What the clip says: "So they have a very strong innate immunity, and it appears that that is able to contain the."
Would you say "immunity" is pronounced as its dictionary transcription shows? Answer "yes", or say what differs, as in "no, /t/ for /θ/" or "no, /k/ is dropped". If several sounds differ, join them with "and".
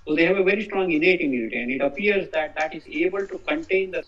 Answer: no, /n/ is dropped